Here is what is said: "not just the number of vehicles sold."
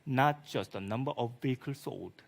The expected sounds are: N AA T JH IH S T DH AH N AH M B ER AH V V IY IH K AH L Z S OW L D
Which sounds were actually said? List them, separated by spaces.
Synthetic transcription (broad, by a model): N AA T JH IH S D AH N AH M B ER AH F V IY K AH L S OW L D